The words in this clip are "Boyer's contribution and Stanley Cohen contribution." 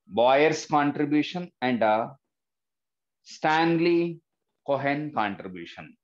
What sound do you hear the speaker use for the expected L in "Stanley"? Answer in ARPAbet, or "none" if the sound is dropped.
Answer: L